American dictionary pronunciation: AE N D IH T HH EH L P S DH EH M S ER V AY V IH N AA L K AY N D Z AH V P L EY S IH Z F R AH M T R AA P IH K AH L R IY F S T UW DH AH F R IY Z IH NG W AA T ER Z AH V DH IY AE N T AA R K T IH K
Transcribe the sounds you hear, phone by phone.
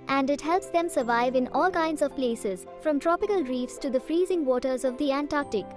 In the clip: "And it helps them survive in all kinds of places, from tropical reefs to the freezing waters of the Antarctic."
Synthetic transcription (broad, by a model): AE N D IH T HH EH L P S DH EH M S ER V AY V IH N AA L K AY N D Z AH V P L EY S IH Z F R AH M T R AA P IH K AH L R IY F S T UW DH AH F R IY Z IH NG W AA T ER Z AH V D IY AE N T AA R K T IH K